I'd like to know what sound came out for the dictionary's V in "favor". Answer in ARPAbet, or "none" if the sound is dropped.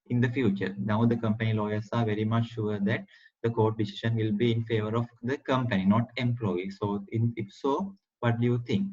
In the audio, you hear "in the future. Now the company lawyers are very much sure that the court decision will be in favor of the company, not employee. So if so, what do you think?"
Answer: V